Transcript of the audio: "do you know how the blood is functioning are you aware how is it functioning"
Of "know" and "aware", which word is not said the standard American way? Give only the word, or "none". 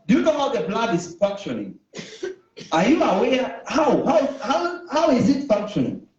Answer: aware